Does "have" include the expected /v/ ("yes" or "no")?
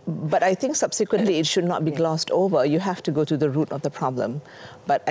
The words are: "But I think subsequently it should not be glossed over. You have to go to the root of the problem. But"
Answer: no